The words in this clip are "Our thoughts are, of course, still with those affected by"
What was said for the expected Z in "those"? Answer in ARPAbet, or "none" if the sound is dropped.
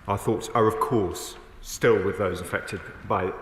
Z